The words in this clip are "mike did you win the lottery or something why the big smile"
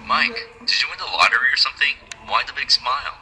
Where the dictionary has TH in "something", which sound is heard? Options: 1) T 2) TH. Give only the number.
2